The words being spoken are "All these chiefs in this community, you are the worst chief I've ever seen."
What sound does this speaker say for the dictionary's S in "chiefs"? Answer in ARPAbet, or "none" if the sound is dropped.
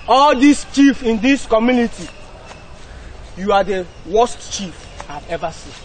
none